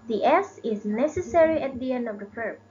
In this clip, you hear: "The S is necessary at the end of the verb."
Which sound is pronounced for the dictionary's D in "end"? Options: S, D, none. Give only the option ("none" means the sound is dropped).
D